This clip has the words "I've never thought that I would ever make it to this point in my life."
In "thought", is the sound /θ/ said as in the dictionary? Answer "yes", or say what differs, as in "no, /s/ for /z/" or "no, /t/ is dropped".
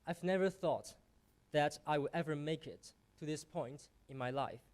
yes